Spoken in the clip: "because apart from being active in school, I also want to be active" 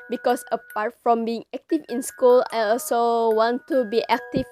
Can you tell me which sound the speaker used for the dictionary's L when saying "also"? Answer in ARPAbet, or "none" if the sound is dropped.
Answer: L